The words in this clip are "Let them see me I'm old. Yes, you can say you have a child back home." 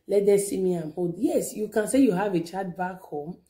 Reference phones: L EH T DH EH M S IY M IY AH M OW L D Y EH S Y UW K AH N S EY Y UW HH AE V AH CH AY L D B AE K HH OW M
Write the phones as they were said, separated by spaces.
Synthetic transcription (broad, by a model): L EH T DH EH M S IY M IY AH M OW D Y EH S Y UW K AH N S EY Y UW HH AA V AH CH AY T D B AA K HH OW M